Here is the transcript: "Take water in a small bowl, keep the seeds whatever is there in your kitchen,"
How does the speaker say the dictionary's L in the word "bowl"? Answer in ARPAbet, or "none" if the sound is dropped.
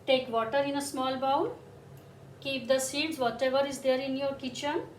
N